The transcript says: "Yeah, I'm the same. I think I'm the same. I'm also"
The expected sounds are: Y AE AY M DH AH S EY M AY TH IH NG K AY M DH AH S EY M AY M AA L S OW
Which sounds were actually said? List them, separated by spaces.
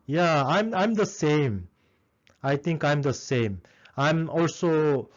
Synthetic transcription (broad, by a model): Y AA AY M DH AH S EY M AY T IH NG K AY M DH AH S EY M AY M AA L S OW